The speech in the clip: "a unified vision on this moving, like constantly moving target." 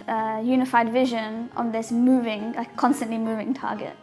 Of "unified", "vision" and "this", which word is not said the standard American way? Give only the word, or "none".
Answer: none